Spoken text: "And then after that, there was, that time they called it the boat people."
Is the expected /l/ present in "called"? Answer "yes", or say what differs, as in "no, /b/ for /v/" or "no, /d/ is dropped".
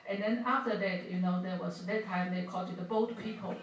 no, /l/ is dropped